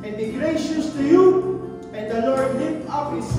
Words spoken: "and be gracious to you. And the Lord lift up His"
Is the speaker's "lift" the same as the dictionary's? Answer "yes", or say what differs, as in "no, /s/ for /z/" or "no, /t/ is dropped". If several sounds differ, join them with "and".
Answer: no, /f/ is dropped